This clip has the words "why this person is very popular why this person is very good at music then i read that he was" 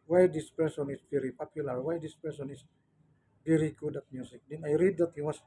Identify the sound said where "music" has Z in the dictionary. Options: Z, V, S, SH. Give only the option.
S